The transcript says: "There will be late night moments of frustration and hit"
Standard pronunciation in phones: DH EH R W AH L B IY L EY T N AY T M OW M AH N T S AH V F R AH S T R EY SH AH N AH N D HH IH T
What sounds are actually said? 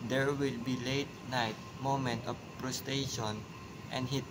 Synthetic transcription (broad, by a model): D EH R W AH L B IY L EY T N AY T M OW M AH N T AH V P R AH S T EY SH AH N AH N D HH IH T